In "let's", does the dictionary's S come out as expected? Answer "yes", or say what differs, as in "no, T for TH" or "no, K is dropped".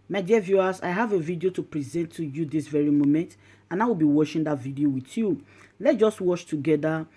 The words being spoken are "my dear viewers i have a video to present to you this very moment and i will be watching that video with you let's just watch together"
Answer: no, S is dropped